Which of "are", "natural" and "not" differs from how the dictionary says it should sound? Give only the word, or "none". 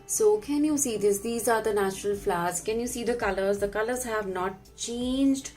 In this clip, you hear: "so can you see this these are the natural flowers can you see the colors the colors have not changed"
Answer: none